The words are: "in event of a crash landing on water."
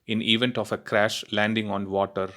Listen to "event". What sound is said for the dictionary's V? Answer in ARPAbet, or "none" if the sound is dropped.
V